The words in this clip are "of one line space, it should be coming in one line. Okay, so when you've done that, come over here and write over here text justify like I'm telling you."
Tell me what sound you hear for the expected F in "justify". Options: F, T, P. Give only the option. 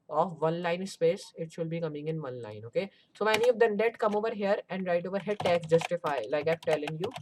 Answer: F